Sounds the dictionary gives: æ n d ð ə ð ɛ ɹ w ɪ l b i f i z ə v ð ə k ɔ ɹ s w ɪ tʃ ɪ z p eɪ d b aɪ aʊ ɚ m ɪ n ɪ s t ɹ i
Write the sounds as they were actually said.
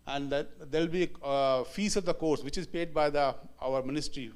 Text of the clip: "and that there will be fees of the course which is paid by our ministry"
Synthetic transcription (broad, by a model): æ n d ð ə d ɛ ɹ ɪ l b i f i s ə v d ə k ɔ ɹ s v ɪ tʃ ɪ z p eɪ d b aɪ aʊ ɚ m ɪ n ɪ s t ɹ i